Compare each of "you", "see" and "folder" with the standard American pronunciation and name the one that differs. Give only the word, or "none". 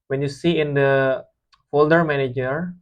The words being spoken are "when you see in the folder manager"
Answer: none